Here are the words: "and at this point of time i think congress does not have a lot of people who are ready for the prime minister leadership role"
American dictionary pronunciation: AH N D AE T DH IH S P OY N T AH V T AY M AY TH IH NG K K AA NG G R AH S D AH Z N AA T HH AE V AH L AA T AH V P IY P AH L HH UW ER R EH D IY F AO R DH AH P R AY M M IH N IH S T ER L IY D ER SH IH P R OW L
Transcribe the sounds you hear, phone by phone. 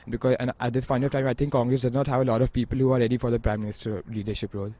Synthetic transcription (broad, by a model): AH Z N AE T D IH S F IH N AH T AY M AY T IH NG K K AA NG G R AH S D AH Z N AA T HH AE V AH L AA T AH V P IY P AH L HH UW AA R EH D IY F AO R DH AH P R AY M M IH N IH S T ER L IY D ER SH IH P R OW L